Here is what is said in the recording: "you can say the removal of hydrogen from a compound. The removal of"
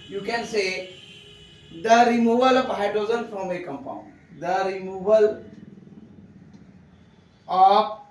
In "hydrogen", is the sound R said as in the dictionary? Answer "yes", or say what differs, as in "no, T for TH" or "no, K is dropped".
no, R is dropped